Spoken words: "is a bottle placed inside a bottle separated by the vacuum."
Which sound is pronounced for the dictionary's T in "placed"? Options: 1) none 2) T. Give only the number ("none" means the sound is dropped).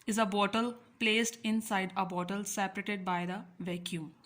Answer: 2